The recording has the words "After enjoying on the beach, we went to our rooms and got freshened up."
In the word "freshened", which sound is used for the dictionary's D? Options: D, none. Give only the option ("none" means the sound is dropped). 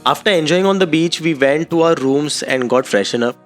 none